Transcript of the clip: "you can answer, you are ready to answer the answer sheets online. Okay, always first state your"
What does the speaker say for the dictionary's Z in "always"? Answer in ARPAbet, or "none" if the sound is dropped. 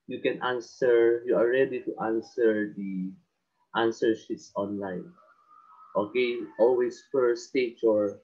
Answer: S